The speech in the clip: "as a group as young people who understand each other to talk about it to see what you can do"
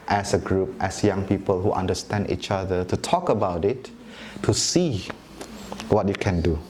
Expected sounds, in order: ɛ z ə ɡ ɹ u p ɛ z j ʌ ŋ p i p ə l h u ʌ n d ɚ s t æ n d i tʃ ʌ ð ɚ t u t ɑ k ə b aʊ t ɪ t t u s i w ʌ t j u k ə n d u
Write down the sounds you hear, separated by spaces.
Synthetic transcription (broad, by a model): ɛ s ə ɡ ɹ u p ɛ s j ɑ ŋ p i p ə l h u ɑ n d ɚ s t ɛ n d i tʃ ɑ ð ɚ t u t ɑ k ə b aʊ t ɪ t t u s i w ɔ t j u k ə n d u